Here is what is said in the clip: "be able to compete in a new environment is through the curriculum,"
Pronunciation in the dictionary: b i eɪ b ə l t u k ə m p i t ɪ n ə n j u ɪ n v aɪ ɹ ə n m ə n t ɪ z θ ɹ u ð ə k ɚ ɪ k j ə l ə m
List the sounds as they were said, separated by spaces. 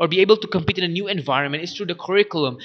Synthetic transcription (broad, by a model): b i eɪ b ə l t u k ə m p i t ɪ n ə n j u ɪ n v aɪ ɹ ə n m ə n t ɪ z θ ɹ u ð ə k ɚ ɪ k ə l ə m